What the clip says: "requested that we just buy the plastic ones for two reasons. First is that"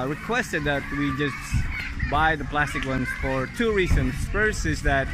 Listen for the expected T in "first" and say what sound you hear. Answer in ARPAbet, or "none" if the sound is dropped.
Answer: none